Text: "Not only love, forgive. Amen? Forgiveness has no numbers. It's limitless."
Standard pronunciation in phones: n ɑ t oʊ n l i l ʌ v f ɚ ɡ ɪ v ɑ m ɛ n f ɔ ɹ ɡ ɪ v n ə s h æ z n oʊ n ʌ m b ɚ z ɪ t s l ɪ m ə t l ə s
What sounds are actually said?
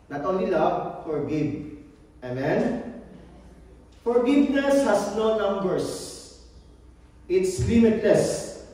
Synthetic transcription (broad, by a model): n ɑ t oʊ n l i l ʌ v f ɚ ɡ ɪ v ɑ m ɛ n f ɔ ɹ ɡ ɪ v n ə s h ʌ s n oʊ n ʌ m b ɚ s ɪ t s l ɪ m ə t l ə s